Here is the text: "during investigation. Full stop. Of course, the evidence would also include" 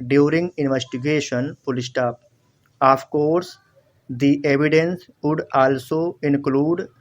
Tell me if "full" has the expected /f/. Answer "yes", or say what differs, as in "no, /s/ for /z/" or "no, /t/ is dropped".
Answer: no, /p/ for /f/